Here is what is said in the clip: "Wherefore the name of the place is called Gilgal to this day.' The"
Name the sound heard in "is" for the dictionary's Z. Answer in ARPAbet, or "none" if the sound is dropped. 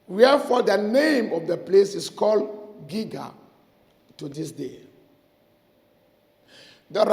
S